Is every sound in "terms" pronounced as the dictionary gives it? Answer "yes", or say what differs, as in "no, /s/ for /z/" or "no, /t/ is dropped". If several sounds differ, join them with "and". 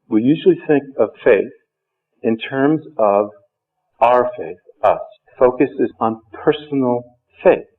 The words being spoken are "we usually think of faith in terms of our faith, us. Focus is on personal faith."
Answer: yes